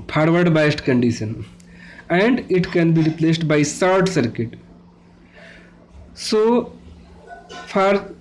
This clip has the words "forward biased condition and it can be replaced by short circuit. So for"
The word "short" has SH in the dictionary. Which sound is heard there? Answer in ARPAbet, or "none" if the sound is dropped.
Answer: S